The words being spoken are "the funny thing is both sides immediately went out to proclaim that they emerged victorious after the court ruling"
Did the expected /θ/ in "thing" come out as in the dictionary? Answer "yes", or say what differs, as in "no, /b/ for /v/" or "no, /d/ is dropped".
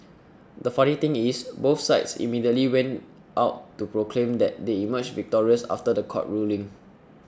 no, /t/ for /θ/